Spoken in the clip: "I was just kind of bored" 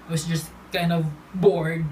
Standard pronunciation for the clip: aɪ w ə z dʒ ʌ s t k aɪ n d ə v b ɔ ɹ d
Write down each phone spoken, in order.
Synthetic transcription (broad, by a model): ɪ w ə s dʒ ʌ s t k aɪ n d ə v b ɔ ɹ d